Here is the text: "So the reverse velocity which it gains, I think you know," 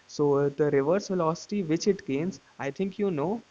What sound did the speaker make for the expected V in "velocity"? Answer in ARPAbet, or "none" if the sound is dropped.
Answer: F